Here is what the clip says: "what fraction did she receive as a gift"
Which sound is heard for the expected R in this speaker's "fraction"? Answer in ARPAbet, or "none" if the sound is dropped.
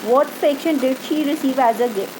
none